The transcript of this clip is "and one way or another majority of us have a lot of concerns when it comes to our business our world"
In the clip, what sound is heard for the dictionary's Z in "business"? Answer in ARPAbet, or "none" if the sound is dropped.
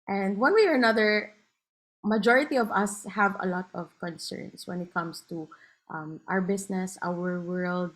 S